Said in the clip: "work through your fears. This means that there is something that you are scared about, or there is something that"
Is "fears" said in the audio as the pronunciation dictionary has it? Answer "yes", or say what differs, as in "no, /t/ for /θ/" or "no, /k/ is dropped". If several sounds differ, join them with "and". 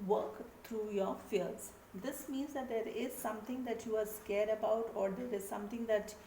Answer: no, /l/ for /ɹ/